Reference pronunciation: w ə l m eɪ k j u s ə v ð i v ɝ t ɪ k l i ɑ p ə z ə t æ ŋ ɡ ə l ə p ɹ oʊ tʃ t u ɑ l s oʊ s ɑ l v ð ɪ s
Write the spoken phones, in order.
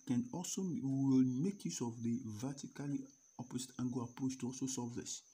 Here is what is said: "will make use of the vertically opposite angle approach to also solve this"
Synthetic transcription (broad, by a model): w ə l m eɪ k j u s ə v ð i v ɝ t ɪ k l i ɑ p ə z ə t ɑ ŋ ɡ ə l ə p ɹ oʊ tʃ t u ɑ l s oʊ s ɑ v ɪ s